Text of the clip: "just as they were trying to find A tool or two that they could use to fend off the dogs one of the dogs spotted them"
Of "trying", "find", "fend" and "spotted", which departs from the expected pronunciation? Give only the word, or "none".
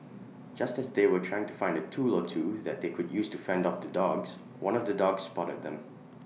none